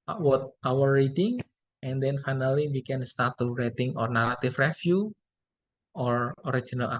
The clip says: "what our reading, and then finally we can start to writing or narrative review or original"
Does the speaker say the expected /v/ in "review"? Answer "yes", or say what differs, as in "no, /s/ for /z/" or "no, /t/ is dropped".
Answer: no, /f/ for /v/